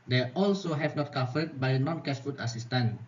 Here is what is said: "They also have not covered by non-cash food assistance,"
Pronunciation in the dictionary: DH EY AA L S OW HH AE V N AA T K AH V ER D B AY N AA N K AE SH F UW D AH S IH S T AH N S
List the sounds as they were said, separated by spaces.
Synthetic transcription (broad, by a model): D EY AA L S OW HH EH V N AA T K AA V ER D B AY N AA N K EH S F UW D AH S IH S T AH N